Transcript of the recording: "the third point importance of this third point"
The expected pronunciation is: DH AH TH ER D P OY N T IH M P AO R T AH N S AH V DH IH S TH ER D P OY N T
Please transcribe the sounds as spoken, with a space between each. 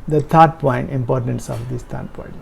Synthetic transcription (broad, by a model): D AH T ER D P OY N T IH M P AO R T AH N S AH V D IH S T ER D P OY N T